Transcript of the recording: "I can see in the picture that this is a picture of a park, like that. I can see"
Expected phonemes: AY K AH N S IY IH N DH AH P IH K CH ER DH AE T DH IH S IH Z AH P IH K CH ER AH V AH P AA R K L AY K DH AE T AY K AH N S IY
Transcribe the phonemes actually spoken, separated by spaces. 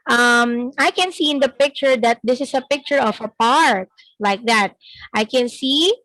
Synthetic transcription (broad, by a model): AY K AH N S IY IH N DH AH P IH K CH ER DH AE T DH IH S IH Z AH P IH K CH ER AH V AH P AA R K L AY K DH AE T AY K AH N S IY